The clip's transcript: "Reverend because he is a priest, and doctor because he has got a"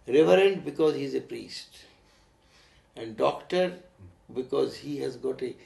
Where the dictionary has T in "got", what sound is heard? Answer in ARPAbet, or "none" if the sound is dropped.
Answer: T